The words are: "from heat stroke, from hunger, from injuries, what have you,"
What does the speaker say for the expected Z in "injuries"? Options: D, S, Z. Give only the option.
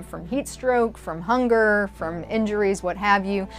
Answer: Z